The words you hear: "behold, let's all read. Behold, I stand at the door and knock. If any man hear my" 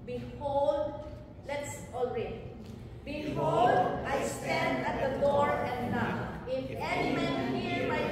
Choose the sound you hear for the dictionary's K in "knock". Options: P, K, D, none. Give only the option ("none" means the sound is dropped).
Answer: none